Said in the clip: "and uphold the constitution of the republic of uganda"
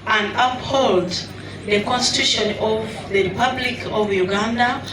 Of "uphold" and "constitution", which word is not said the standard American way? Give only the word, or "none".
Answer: none